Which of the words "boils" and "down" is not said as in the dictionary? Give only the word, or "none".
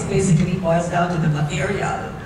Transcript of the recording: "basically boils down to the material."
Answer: boils